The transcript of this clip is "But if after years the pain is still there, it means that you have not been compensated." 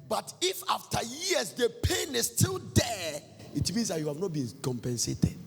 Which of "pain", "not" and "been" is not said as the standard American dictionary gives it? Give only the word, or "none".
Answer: none